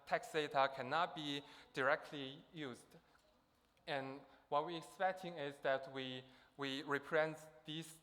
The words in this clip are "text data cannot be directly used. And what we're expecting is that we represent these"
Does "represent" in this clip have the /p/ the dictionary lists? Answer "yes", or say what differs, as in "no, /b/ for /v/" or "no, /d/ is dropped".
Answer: no, /p/ is dropped